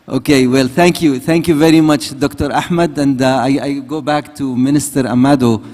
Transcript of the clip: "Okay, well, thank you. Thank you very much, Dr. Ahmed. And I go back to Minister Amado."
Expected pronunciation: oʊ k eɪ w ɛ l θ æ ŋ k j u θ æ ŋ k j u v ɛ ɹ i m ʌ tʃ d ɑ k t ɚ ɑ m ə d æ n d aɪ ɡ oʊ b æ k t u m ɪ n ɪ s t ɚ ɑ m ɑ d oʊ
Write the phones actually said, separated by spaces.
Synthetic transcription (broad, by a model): oʊ k eɪ w ɛ l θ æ ŋ k j u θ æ ŋ k j u v ɛ ɹ i m ʌ tʃ d ɑ k t ɚ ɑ m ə d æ n d aɪ ɡ oʊ b æ k t u m ɪ n ɪ s t ɚ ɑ m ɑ d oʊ